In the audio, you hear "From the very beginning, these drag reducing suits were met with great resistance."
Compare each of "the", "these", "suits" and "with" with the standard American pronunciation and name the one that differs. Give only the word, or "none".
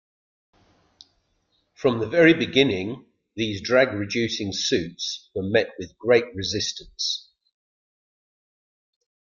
none